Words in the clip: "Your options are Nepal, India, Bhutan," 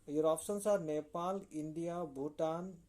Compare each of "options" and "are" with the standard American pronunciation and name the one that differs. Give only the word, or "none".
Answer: options